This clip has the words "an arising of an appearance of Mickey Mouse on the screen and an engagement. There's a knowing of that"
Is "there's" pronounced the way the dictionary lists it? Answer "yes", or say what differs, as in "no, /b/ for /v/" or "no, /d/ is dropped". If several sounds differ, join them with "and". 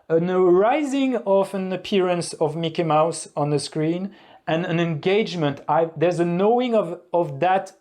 yes